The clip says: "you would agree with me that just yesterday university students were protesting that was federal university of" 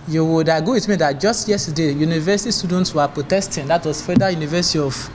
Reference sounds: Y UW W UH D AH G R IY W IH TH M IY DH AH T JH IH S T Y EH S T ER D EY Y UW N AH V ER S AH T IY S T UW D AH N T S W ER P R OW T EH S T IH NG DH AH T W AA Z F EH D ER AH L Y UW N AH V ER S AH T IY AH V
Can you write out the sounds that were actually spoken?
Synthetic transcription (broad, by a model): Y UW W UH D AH G AO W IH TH M IY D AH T JH IH S T Y EH S T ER D EY Y UW N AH V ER S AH T IY S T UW D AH N T S W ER P R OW T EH S T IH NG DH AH T W AA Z F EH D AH Y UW N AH V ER S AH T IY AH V